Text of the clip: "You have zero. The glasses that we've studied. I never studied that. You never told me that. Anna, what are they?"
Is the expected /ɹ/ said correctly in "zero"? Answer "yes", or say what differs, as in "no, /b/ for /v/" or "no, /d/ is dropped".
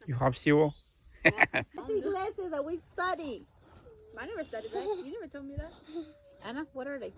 no, /w/ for /ɹ/